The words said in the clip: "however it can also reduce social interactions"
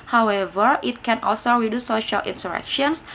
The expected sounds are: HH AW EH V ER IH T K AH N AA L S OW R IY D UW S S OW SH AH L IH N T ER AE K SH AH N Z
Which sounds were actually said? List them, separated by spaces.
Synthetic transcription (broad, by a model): HH AW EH V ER IH T K AH N AA L S OW R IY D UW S S OW SH AH L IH N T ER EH K SH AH N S